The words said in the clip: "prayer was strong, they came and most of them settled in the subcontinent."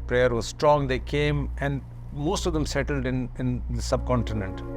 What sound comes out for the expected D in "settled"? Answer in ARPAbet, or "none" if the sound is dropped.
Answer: D